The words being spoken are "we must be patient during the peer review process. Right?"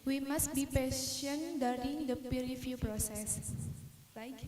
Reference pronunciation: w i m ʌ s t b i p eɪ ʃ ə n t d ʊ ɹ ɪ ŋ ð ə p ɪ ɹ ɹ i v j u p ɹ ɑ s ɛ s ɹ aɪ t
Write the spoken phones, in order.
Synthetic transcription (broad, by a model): w i m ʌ s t b i p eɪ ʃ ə n d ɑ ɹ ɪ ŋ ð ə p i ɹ ɹ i f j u p ɹ ɑ s ɛ s